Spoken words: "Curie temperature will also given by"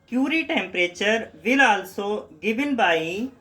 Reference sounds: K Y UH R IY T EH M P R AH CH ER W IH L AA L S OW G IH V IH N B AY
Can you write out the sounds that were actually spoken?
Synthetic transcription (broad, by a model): K Y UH R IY T EH M P R AH CH ER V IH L AA L S OW G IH B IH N B AY